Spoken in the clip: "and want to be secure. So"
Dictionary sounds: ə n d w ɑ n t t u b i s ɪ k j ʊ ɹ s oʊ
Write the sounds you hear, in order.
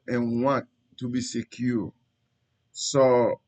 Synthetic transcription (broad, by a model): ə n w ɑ t t u b i s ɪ k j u s oʊ